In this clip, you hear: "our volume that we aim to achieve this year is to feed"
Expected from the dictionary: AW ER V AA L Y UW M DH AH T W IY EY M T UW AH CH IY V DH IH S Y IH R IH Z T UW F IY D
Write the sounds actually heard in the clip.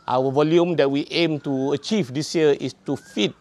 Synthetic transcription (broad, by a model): AW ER V AA L Y UW M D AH T W IY EY M T UW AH CH IY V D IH S Y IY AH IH S T UW F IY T